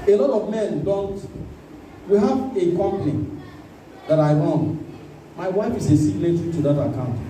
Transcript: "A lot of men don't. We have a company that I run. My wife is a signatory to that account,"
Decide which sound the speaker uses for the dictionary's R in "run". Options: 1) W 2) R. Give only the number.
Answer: 1